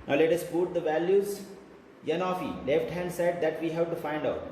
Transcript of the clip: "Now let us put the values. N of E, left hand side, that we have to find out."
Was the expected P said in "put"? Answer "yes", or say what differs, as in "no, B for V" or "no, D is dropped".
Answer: no, B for P